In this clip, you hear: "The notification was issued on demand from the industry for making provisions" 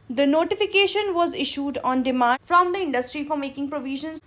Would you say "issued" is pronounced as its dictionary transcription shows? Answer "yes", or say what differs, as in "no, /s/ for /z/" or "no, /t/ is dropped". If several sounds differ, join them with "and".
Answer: yes